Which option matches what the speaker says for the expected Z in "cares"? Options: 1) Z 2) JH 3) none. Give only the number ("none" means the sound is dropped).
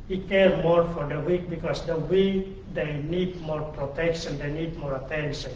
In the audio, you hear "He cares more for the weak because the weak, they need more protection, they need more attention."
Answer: 3